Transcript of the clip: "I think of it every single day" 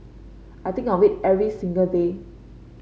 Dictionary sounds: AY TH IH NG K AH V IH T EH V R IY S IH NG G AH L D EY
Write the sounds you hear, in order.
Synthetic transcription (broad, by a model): AY T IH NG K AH W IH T EH V R IY S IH NG G AH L D EY